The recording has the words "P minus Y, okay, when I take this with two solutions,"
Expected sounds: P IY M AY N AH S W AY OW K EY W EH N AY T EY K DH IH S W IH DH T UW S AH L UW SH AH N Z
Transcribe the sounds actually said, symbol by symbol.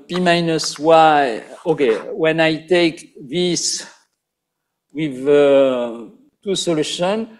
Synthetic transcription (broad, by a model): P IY M AY N AH S W AY OW K EY W EH N AY T EY K DH IH S W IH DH T UW S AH L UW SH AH N